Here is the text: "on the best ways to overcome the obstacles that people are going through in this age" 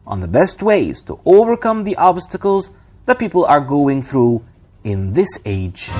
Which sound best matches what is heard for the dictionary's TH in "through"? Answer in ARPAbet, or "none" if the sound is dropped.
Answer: TH